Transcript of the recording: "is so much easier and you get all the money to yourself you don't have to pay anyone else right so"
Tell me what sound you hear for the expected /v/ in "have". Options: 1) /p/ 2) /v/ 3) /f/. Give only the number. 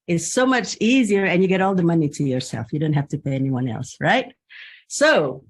3